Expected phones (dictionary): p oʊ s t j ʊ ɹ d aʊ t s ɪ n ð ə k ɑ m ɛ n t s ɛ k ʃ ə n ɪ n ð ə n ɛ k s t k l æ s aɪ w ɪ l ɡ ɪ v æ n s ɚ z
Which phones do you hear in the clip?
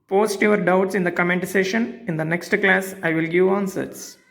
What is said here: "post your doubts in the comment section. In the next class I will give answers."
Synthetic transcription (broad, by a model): p oʊ s t j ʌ ɹ d aʊ t s ɪ n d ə k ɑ m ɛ n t s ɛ ʃ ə n ɪ n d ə n ɛ k s t k l æ s aɪ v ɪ l ɡ ɪ v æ n s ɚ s